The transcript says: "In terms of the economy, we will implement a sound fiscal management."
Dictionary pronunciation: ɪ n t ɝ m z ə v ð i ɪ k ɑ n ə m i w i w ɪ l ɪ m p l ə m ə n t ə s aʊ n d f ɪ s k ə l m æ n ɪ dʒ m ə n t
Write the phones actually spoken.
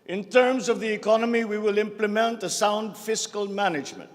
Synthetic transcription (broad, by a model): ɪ n t ɝ m z ə v ð i ɪ k ɑ n ə m i w i w ɪ l ɪ m p l ə m ə n t ə s aʊ n d f ɪ s k ə l m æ n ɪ dʒ m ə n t